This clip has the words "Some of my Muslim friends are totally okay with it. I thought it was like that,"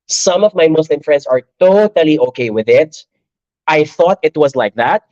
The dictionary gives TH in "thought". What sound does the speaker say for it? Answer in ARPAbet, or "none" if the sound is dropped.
TH